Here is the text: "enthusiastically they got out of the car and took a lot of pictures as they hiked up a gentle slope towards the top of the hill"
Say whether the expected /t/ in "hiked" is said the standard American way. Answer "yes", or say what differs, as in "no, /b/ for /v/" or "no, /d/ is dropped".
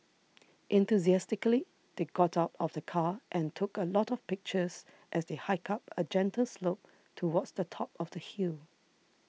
no, /t/ is dropped